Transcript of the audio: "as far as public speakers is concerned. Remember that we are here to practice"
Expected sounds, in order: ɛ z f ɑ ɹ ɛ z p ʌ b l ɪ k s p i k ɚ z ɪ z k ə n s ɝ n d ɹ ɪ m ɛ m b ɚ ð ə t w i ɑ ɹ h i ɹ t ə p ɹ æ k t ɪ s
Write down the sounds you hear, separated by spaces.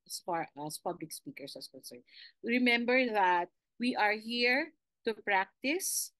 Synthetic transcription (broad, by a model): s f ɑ ɹ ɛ s p ʌ b l ɪ k s p i k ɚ s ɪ s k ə n s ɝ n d ɹ ɪ m ɛ m b ɚ ð ə t w i ɑ ɹ h i ɹ t ə p ɹ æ k t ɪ s